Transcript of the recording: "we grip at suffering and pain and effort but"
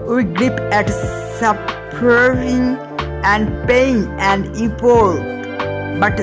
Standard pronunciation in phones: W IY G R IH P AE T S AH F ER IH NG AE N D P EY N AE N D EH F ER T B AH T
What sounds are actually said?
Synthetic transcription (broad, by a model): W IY G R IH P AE T S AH P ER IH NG AE N D P EY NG AE N D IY P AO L B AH T